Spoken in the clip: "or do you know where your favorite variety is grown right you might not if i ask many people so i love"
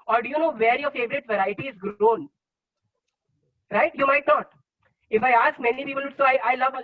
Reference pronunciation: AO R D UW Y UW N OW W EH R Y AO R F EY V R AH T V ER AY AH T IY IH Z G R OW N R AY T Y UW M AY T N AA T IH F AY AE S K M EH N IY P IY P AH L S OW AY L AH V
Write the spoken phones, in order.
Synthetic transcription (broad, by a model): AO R D UW Y UW N OW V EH R Y AO R F EY V R AH T V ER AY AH T IY IH Z G R OW N R AY T Y UW M AY T N AA T IH F AY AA S K M EH N IY P IY P AH L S OW AY L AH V